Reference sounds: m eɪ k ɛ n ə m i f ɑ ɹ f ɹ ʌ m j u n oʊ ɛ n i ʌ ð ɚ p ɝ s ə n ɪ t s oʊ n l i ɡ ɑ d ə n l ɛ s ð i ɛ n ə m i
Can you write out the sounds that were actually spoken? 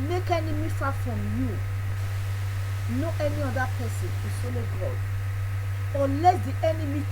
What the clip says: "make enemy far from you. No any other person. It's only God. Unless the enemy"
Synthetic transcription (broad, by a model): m eɪ k ɛ n ə m i f ɑ f ɹ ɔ m j u n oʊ ɛ n i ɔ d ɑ p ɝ s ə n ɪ s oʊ l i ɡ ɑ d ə l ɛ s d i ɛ n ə m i